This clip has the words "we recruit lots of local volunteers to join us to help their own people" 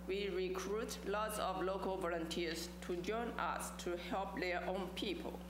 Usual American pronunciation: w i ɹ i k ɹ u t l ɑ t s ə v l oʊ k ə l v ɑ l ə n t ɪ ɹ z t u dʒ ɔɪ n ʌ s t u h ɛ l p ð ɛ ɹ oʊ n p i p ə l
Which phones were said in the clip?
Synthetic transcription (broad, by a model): w i ɹ i k ɹ u t l ɑ t s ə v l oʊ k ə l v ɑ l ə n t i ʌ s t u dʒ ɔɪ n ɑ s t u h ɛ l p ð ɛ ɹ oʊ n p i p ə l